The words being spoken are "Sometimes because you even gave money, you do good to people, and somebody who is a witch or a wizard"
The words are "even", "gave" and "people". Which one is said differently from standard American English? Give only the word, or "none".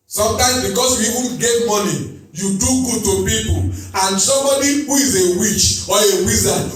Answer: none